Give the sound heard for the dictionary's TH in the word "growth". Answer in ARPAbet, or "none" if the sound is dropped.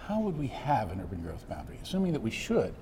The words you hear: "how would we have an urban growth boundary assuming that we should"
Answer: TH